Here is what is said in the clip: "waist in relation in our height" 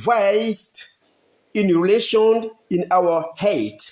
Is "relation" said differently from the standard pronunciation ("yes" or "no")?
no